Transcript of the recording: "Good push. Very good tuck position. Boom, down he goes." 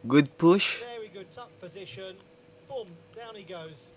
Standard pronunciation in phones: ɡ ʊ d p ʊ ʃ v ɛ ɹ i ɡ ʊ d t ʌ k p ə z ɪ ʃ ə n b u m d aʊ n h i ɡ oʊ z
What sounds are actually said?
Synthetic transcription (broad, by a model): ɡ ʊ d p ʊ ʃ v ɛ ɹ i ɡ ʊ d t ʌ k p ə z ɪ ʃ ə n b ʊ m d aʊ n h i ɡ oʊ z